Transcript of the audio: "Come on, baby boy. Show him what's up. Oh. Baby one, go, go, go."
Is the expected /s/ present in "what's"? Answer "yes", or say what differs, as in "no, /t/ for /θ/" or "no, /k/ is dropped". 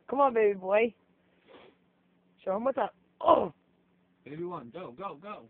no, /s/ is dropped